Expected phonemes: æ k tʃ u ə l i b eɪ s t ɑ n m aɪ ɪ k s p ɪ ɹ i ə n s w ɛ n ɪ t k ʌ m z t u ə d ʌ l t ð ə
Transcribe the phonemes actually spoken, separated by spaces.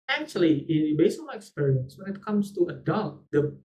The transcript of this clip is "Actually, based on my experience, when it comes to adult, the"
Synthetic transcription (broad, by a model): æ k tʃ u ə l i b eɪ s ɑ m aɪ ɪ k s p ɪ ɹ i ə n s w ɛ n ɪ t k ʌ m s t u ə d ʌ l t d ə